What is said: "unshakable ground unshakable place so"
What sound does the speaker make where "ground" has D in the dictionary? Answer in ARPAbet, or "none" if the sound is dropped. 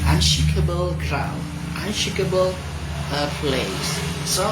none